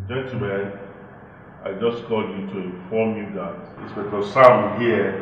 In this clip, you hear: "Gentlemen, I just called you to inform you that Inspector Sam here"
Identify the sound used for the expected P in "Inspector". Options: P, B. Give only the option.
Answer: B